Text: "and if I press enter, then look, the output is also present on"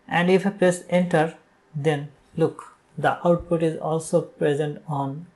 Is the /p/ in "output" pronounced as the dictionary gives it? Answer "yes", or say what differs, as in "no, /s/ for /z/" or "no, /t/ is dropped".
yes